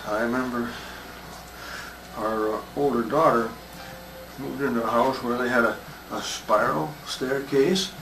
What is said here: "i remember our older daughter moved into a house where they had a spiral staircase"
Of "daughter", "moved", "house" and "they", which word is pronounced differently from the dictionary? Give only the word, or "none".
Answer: moved